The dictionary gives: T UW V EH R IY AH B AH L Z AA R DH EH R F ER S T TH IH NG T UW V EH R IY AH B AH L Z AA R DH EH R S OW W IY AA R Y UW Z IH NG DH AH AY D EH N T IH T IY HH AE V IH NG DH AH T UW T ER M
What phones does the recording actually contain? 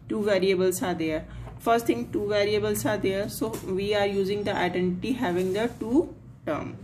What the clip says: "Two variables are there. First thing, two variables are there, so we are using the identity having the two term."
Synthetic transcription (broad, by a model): T UW V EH R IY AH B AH L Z AA R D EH R F ER S T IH NG T UW V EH R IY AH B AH L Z AA R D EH R S OW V IY AA R Y UW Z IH NG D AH AY D EH N T IH T IY HH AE V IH NG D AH T UW T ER M